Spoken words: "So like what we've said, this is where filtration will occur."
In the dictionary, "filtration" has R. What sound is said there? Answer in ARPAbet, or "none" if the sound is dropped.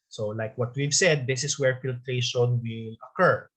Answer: R